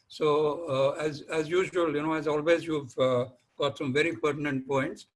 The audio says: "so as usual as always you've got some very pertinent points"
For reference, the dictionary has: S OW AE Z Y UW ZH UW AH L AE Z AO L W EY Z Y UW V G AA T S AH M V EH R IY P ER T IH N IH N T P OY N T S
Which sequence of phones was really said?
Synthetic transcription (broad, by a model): S OW AE Z Y UW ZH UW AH N AE Z AO L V EY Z Y UW V G AA T S AH M V EH R IY P ER T IH N IH N T P OY N T S